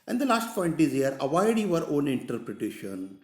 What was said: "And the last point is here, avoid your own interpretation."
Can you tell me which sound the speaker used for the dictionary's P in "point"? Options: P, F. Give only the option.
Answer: F